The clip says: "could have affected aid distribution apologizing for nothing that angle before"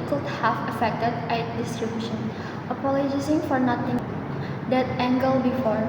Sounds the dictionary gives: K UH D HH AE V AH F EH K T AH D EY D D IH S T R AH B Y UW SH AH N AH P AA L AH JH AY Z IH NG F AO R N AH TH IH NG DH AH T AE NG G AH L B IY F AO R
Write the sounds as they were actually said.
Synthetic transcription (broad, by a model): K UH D HH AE F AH F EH K T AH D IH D D IH S T R AH B Y UW SH AH N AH P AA L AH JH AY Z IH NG F AO R N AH T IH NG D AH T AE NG G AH L B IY F AO R